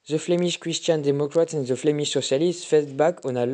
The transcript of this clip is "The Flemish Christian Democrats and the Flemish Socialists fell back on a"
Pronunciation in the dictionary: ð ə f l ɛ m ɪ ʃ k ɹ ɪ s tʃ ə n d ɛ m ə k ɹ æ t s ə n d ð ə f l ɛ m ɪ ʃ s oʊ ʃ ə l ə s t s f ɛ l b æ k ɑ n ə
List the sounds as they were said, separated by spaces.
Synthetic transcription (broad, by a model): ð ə f l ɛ m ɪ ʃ k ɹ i s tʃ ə n d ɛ m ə k ɹ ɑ t ə n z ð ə f l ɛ m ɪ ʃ s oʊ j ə l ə s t f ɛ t b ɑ k ɑ n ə